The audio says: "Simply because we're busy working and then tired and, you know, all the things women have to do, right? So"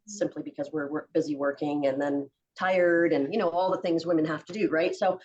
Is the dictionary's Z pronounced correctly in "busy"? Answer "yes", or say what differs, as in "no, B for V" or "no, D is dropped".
yes